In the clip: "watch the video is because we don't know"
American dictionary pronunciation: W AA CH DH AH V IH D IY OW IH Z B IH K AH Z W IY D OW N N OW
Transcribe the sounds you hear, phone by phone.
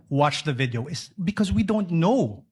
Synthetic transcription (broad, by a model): W AA CH DH AH V IH D IY OW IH S B IH K AH Z W IY D OW N N OW